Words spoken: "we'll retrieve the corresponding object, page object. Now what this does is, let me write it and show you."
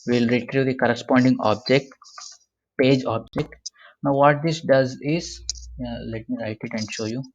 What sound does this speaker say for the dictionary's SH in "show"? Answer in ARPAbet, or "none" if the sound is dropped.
SH